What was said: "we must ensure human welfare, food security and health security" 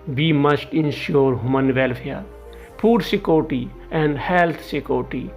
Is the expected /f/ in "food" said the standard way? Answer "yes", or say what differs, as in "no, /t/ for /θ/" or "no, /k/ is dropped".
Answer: no, /p/ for /f/